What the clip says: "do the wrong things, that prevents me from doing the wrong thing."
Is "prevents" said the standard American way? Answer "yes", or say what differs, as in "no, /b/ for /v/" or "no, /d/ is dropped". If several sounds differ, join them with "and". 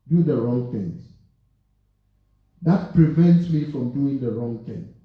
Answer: yes